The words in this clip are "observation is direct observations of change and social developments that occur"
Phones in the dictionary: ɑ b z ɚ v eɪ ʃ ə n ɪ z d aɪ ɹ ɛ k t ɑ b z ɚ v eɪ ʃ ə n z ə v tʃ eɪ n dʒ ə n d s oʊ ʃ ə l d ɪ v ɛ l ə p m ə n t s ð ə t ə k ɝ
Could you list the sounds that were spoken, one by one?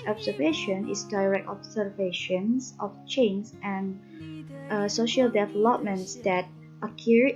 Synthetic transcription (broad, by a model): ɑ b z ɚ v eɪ ʃ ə n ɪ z d aɪ ɹ ɛ k t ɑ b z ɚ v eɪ ʃ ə n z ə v tʃ eɪ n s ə n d s oʊ ʃ ə l d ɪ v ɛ l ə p m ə n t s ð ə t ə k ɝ